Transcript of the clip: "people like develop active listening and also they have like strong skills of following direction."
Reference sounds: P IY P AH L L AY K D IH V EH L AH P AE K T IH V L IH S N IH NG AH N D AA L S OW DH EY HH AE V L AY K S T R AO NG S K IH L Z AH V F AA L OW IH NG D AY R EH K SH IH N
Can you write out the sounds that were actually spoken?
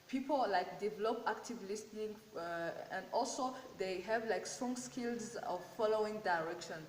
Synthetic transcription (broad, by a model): P IY P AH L L AY K D IH V EH L AH P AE K T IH V L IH S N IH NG AH N D AA L S OW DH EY HH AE V L AY K S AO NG S K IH L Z AH V F AA L OW IH NG D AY R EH K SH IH N